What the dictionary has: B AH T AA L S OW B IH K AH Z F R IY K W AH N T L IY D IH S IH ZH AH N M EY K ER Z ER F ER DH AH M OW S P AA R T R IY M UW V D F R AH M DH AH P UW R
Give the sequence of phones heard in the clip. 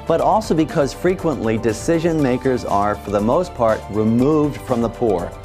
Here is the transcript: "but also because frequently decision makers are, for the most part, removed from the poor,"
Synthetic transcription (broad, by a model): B AH T AA L S OW B IH K AH Z F R IY K W AH N T L IY D IH S IH ZH AH N M EY K ER Z ER F ER DH AH M OW S P AA R T R IY M UW V D F R AH M DH AH P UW R